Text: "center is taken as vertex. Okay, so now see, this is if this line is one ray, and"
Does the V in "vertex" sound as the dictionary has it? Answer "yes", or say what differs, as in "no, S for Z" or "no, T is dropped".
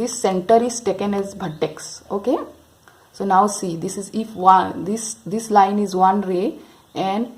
no, B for V